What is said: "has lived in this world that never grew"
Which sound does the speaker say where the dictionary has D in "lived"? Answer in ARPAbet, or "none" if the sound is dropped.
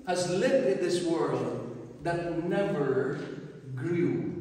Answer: none